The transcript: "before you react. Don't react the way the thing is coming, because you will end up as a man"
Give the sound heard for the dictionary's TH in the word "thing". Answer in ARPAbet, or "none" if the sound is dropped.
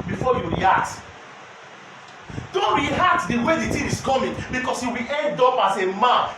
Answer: T